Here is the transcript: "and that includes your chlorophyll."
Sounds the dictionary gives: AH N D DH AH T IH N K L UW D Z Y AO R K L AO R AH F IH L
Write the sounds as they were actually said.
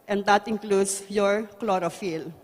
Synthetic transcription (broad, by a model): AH N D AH T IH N K L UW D S Y AO R K L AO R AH F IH L